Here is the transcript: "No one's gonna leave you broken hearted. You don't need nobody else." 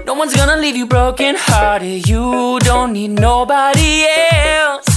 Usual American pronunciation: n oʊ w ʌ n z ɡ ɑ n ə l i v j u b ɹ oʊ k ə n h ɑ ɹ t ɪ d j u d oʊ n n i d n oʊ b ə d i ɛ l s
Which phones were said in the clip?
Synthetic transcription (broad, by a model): n oʊ w ʌ n z ɡ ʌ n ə l i v j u b ɹ oʊ k ə n h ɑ ɹ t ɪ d j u d oʊ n n i d n oʊ b ə d i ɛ l s